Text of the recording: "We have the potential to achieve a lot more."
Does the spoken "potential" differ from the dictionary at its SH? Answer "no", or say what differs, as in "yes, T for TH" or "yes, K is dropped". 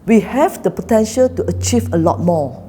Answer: no